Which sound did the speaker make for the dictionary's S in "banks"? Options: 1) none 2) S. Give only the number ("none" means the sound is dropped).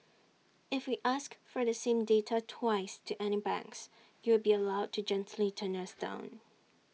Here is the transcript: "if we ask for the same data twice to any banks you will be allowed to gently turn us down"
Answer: 2